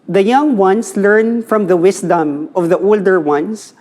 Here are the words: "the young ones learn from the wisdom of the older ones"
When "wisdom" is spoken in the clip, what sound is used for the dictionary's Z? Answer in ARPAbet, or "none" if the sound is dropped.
S